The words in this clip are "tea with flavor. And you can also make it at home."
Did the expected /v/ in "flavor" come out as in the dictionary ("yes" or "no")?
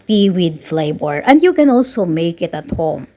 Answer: no